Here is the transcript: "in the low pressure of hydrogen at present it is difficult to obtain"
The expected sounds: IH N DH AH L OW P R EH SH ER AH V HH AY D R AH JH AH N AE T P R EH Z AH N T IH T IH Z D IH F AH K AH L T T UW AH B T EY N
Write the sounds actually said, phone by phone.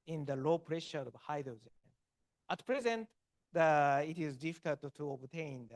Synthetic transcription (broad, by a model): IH N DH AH L OW P R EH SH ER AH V HH AY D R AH Z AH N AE T P R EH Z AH N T IH T IH Z D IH F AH K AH L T T UW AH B T EY N